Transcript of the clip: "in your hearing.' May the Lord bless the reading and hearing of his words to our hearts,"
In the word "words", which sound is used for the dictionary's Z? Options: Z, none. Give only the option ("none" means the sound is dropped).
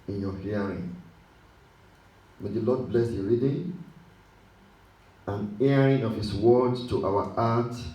none